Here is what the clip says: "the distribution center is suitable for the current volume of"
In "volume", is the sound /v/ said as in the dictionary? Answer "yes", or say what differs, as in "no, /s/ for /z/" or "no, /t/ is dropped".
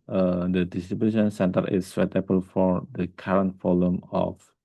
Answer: no, /f/ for /v/